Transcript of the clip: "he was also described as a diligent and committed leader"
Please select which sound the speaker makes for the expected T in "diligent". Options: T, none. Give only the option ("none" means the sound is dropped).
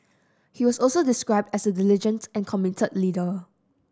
T